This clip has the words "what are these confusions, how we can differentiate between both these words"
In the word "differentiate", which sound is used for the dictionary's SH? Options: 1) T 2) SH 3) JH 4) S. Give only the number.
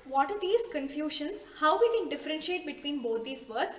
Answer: 2